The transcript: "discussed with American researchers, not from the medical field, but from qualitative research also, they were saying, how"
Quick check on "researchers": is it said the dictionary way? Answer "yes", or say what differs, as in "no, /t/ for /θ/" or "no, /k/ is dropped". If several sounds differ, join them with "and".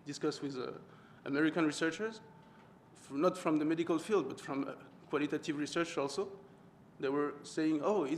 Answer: yes